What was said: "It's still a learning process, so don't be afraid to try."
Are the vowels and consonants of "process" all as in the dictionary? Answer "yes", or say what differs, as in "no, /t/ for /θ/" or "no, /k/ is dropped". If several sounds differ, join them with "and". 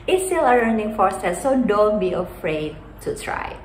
no, /f/ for /p/